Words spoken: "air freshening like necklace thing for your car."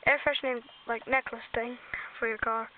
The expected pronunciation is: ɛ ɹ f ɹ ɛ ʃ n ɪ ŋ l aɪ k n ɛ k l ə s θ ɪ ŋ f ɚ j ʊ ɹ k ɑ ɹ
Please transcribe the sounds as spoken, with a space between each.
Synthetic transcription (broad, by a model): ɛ ɹ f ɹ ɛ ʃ n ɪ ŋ l aɪ k n ɛ k l ə s θ ɪ ŋ f ɚ j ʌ ɹ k ɑ ɹ